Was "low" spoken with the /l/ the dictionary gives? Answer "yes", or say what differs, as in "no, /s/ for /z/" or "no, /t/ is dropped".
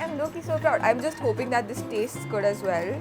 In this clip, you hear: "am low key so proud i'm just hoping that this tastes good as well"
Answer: no, /n/ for /l/